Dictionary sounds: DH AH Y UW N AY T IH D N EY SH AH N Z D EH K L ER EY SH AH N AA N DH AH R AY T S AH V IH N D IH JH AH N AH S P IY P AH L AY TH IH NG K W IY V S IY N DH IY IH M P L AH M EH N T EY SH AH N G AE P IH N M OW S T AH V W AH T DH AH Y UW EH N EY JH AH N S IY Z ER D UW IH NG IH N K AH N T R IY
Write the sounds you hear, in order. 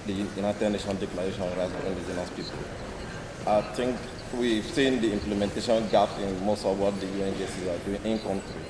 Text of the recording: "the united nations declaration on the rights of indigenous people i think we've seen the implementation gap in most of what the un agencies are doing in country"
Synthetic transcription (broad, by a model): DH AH Y UW N AY T IH D N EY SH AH N D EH K L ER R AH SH AA N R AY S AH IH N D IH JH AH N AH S P IY P AH L AY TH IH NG K W IY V S IY N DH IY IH M P L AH M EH N T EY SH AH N G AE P IH N M OW S T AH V W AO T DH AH Y UW EH N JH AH S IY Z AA D UW IH NG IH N K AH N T R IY